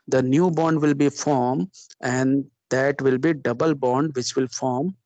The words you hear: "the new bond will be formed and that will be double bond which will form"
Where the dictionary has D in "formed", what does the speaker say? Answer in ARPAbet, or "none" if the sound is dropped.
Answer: none